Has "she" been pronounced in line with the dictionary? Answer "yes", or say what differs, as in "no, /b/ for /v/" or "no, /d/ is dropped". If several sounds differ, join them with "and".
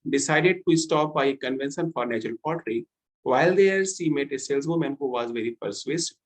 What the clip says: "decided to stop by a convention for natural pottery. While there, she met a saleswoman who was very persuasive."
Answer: no, /s/ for /ʃ/